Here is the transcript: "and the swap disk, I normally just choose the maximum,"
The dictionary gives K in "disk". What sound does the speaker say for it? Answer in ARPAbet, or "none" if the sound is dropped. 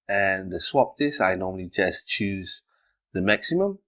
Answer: none